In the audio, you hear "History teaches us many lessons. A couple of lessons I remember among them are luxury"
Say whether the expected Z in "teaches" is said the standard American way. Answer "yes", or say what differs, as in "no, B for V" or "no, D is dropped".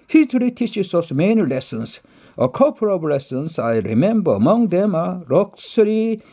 no, S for Z